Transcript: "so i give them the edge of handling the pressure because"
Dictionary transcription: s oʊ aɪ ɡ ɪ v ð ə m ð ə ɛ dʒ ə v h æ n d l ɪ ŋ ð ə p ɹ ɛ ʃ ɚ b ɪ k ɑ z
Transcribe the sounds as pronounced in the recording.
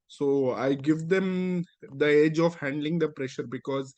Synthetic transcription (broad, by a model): s oʊ aɪ ɡ ɪ v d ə m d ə ɛ dʒ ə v h æ n d l ɪ ŋ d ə p ɹ ɛ ʃ ɚ b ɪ k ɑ z